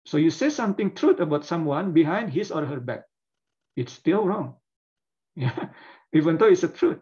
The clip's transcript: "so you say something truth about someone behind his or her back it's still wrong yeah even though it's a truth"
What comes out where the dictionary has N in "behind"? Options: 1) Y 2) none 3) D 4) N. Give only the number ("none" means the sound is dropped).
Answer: 4